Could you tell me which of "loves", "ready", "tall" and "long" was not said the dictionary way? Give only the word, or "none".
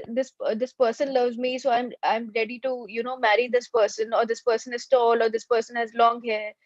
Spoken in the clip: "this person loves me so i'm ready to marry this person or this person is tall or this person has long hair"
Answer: none